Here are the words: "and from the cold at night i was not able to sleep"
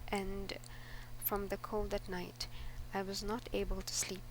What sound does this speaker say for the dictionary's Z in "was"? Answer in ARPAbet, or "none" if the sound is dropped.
Z